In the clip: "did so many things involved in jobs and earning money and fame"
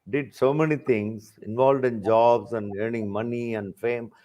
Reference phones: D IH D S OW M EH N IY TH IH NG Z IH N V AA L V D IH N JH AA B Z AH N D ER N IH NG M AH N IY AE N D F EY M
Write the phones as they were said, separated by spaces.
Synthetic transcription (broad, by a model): D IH D S OW M EH N IY T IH NG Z IH N V AA L V D IH N JH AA B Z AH N D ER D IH NG M AH N IY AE N D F EY M